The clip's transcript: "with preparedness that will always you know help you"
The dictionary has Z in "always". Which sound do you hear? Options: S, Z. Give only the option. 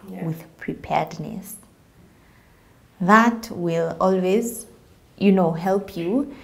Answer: Z